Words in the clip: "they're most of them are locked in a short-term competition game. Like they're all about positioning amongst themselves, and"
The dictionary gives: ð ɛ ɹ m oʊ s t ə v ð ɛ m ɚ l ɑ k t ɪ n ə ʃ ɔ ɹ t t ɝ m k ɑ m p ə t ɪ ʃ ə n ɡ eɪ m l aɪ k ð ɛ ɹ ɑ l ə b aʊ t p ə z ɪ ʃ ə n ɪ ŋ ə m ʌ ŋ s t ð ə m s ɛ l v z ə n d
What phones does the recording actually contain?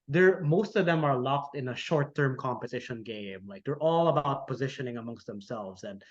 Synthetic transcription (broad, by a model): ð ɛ ɹ m oʊ s t ə v ð ɛ m ɚ l ɑ k t ɪ n ə ʃ ɔ ɹ t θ ɝ m k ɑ m p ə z ɪ ʃ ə n ɡ eɪ m l aɪ k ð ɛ ɹ ɑ l ə b aʊ t p ə z ɪ ʃ ə n ɪ ŋ ə m ʌ ŋ s t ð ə m s ɛ l v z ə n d